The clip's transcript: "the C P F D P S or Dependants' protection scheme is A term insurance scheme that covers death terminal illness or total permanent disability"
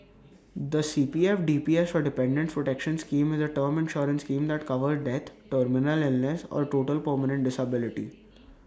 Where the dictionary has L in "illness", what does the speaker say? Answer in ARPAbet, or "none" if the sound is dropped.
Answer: L